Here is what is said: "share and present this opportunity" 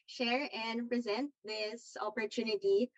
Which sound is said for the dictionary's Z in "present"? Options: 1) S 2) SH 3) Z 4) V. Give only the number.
3